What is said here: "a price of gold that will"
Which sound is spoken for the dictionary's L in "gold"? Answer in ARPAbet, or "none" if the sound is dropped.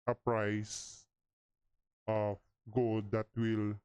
L